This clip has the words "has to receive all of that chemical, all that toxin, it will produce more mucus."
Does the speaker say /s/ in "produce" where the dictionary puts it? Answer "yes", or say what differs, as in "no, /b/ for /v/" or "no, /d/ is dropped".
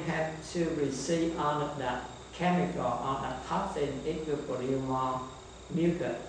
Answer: no, /s/ is dropped